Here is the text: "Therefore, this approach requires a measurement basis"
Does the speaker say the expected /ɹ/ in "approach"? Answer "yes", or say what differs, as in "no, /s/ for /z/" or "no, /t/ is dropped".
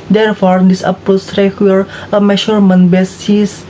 no, /ɹ/ is dropped